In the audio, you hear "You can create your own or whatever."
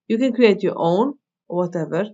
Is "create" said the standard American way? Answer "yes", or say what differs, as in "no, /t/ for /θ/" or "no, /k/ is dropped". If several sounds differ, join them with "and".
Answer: no, /ɹ/ is dropped